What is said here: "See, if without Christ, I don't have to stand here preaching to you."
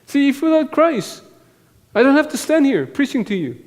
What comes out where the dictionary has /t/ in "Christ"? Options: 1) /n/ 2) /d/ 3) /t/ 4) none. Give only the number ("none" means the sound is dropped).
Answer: 4